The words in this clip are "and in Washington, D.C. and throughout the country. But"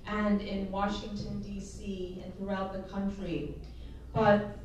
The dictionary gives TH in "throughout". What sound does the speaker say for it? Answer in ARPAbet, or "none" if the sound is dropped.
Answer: TH